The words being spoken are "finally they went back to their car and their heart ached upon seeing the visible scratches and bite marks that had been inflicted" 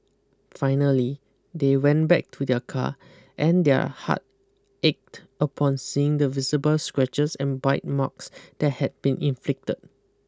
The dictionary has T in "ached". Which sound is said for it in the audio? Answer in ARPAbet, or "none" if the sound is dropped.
T